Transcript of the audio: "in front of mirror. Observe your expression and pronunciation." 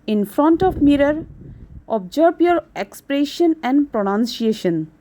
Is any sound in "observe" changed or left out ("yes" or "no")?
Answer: yes